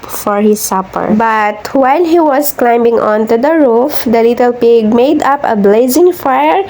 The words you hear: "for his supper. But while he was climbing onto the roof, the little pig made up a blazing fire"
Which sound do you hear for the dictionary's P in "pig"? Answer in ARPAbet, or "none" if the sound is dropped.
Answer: P